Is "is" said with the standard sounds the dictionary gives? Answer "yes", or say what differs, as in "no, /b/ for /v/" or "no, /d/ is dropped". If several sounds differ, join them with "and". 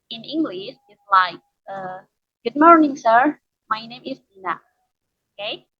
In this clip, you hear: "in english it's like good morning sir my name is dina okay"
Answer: no, /s/ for /z/